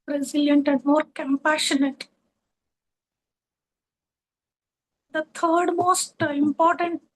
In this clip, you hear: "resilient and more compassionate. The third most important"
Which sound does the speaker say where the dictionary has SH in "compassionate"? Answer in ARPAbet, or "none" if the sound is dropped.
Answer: SH